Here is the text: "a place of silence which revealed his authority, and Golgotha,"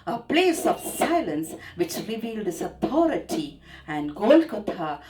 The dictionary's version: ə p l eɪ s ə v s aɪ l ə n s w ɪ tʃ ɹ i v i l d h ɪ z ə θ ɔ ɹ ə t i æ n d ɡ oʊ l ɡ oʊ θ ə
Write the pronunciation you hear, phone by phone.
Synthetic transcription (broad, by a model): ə p l eɪ s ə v s aɪ l ə n s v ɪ tʃ ɹ i v i l d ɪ s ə t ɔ ɹ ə t i æ n d ɡ oʊ l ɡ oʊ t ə